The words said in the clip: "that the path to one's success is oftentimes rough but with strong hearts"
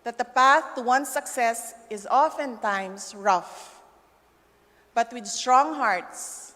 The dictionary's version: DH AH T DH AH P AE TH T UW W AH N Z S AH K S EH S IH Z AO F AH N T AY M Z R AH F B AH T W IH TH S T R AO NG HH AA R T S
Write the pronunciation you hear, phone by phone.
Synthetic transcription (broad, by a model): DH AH T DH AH P AE TH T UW W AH N S AH K S EH S IH Z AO F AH N T AY M S R AH F B AH T W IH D S T R AO NG HH AA R T S